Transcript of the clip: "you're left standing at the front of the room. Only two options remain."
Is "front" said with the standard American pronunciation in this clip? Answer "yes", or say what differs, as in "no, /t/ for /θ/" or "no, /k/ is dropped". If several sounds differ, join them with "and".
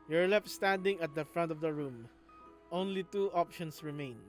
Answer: yes